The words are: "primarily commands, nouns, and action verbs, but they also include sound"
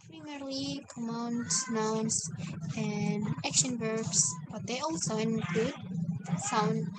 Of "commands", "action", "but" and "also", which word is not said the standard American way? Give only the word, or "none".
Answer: commands